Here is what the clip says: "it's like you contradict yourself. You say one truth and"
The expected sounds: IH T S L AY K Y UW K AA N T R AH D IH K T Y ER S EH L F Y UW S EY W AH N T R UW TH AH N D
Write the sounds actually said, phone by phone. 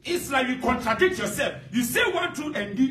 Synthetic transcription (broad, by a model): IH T S L AY K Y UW K AA N T R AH D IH K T Y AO S EH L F Y UW S EY W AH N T UW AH N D